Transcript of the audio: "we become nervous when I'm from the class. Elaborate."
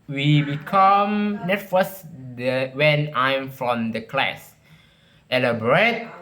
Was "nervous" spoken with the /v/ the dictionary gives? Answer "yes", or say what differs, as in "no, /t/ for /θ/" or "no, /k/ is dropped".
no, /f/ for /v/